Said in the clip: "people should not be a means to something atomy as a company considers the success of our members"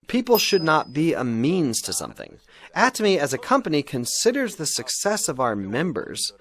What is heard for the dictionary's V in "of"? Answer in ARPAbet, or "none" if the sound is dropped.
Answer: V